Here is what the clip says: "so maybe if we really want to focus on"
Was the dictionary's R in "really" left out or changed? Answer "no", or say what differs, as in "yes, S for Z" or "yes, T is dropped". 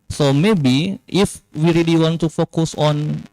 no